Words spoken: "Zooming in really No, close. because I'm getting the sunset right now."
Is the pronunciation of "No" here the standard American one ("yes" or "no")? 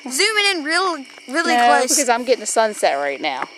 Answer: no